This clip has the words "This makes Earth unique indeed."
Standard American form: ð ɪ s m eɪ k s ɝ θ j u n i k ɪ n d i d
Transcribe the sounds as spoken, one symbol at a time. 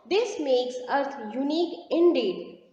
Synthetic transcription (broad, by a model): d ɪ s m eɪ k s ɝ s j u n i k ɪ n d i d